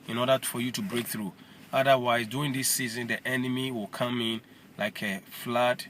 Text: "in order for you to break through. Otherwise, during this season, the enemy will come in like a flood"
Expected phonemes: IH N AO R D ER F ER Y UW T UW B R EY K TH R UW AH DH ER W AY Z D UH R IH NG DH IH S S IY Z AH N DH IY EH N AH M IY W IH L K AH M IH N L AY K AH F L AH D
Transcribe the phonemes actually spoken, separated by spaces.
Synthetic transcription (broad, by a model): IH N AO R D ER F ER Y UW T UW B R EY K TH R UW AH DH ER W AY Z D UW IH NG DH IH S S IY Z AH N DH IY EH N AH M IY W IH L K AH M IH N L AY K AH F L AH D